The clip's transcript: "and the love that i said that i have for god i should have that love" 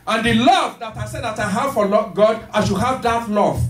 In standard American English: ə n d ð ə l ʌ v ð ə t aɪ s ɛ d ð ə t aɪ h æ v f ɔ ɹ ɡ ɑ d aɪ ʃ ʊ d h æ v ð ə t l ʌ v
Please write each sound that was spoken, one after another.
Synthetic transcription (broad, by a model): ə n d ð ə l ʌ v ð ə t aɪ s ɛ d ð ə t aɪ h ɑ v f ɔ l ɡ ɑ d aɪ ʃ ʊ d h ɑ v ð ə t l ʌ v